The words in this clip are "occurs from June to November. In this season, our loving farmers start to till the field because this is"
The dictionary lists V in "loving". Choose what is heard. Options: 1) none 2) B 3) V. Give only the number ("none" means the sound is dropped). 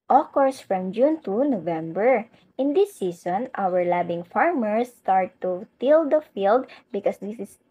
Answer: 2